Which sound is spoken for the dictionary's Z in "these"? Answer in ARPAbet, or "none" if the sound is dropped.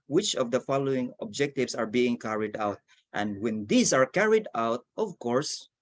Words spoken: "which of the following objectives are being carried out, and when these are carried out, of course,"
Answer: S